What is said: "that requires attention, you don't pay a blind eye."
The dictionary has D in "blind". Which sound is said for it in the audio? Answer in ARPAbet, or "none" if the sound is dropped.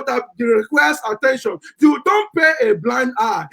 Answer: D